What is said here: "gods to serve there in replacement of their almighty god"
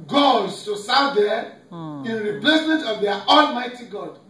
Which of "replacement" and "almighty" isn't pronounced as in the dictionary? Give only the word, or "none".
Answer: none